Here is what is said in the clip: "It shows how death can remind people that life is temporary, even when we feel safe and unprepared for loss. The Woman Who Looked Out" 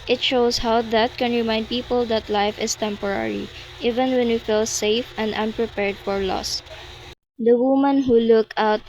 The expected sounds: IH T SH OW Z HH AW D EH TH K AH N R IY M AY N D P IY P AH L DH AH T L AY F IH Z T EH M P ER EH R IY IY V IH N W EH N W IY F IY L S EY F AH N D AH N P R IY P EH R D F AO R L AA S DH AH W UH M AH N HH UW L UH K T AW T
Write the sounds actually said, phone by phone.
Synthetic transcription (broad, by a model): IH T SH OW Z HH AW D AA T K AH N R IY M AY N D P IY P AH L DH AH T L AY F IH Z T EH M P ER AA R IY IY V IH N W EH N W IY F IY L S EY F AH N D AH N P R IY P EH R D F AO R L AA S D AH W UH M AH N HH UW L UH K AW T